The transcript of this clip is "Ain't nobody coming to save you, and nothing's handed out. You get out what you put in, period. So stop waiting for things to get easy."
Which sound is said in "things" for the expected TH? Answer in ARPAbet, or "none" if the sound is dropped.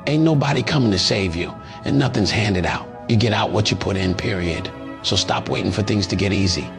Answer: TH